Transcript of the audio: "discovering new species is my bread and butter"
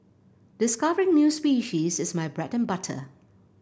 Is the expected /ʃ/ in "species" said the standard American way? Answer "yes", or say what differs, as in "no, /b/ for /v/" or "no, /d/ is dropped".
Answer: yes